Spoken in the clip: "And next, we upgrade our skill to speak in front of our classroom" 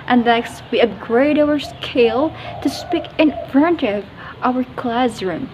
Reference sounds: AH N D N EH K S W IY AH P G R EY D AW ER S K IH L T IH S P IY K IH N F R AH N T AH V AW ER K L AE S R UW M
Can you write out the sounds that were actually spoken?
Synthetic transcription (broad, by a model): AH N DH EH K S W IY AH B G R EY D AW ER S K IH L T IH S P IY K IH N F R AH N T AH V AW ER K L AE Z R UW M